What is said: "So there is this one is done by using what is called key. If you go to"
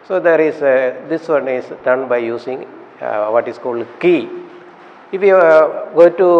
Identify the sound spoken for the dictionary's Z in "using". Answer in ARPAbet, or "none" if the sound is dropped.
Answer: S